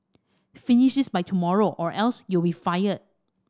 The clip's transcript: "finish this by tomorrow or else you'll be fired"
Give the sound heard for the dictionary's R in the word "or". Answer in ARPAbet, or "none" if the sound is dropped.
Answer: R